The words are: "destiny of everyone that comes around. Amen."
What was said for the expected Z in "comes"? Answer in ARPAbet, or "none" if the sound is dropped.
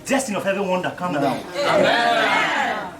none